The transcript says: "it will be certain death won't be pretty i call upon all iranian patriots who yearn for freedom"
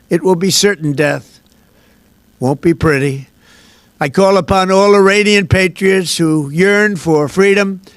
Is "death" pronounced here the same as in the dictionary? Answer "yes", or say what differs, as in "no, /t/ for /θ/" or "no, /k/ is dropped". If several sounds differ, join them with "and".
yes